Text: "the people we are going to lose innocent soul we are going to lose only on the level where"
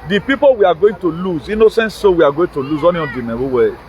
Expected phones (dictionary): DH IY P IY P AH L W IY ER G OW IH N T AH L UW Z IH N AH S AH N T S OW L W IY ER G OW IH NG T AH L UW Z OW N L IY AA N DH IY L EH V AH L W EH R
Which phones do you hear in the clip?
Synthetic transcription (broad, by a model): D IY P IY P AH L W IY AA G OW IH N T AH L UW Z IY N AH S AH N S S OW W IY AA G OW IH T AH L UW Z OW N IY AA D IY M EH W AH W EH